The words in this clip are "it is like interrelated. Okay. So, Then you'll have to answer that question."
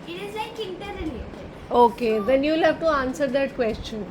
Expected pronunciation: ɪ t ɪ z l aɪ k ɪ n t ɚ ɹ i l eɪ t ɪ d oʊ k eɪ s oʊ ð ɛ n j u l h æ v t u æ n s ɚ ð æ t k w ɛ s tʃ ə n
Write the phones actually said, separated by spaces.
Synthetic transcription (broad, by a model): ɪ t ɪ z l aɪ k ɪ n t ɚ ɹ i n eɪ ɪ oʊ k eɪ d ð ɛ n j u l h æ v t u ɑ n s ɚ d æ t k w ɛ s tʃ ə n